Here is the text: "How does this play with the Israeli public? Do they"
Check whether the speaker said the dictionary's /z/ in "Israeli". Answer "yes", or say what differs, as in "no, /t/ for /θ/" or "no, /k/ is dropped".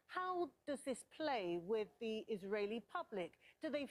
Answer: yes